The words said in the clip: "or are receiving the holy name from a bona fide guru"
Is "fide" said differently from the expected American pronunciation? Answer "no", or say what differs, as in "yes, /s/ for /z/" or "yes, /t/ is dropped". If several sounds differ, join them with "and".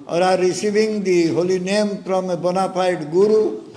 yes, /p/ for /f/